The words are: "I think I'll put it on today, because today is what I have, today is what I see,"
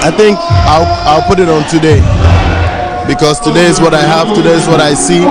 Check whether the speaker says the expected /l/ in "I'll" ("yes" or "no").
yes